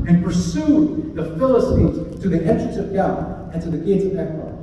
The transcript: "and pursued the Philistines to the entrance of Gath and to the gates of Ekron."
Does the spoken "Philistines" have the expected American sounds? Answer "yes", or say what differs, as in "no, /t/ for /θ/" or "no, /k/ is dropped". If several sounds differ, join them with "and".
yes